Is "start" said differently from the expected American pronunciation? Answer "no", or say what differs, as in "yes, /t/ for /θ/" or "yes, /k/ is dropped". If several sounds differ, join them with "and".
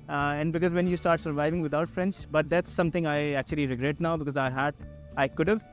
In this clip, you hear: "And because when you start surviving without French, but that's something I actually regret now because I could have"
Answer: no